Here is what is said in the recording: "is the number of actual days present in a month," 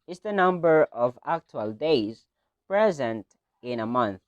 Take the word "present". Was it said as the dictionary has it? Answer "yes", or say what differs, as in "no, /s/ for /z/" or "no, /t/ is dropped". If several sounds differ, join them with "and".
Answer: yes